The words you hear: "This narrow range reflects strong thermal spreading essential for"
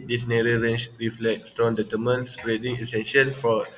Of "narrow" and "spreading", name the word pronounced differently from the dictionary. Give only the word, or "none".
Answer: spreading